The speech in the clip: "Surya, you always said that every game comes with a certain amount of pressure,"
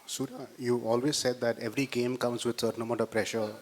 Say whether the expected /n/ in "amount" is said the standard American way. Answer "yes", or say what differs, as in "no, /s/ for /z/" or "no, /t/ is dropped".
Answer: no, /n/ is dropped